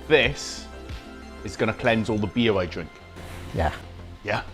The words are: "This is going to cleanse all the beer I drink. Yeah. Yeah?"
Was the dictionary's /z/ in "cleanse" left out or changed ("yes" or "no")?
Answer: no